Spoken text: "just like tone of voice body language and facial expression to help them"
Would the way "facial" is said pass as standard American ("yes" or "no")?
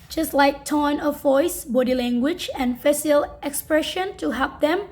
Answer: no